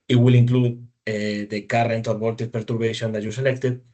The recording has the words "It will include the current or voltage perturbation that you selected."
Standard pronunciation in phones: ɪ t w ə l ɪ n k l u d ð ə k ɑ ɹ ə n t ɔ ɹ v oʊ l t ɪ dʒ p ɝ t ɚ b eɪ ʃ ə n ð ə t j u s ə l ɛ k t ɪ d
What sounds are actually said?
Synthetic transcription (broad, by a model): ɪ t w ə l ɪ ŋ k l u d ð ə k ɑ ɹ ə n t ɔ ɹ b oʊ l t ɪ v p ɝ t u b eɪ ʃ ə n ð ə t j u s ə l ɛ k t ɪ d